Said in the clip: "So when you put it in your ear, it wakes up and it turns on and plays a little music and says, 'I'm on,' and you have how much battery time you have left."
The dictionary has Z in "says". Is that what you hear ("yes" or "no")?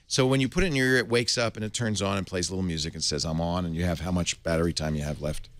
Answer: yes